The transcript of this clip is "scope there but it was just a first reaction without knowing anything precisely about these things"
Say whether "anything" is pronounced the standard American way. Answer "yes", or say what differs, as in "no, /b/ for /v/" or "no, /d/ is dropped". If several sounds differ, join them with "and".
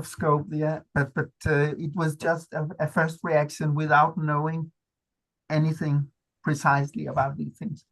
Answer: yes